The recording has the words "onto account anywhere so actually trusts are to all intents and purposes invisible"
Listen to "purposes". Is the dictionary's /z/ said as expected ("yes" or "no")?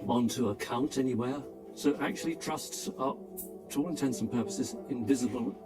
yes